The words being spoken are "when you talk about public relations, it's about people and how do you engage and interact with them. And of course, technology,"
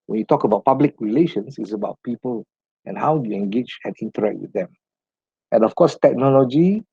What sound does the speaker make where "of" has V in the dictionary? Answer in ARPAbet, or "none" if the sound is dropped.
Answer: F